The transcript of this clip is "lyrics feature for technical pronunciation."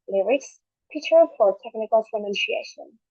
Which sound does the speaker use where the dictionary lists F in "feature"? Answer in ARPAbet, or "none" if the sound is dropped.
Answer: P